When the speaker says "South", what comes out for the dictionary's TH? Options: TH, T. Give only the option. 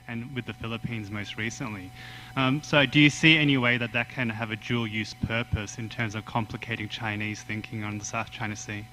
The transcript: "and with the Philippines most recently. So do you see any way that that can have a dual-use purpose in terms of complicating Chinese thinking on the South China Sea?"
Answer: TH